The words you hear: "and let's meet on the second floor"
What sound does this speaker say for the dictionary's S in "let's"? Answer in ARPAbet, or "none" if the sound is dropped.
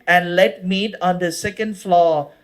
none